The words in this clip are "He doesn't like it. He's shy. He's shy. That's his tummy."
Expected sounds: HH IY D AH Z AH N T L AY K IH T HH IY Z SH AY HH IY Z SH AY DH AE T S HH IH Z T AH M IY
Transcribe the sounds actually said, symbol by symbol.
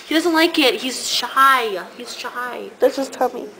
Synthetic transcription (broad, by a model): HH IY D AH Z AH N T L AY K IH T HH IY Z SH AY HH IY Z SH AY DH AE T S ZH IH S T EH M IY